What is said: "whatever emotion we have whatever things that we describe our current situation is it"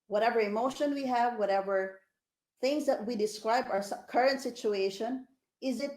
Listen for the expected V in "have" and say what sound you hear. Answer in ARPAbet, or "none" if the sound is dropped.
V